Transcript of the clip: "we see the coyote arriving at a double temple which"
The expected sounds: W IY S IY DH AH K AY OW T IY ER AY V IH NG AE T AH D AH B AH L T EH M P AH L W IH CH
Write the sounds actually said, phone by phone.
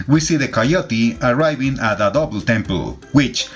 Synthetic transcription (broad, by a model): W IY S IY DH AH K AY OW T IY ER AY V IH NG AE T AH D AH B L T EH M P AH L W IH CH